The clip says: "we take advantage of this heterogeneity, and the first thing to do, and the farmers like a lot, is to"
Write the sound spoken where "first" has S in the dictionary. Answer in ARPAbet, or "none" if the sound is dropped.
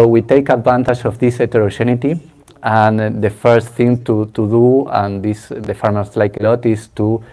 S